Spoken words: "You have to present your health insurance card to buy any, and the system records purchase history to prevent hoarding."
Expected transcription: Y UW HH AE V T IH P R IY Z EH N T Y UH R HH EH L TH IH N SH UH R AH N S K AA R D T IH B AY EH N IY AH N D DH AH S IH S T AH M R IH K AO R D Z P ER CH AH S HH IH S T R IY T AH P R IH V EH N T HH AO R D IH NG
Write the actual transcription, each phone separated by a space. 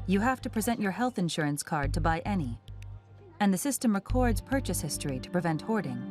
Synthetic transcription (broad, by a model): Y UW HH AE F T IH P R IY Z EH N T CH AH R HH EH L TH IH N SH UH R AH N S K AA R D T IH B AY EH N IY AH N DH AH S IH S T AH M R IH K AO R D Z P ER CH AH S HH IH S T R IY T AH P R IH V EH N T HH AO R D IH NG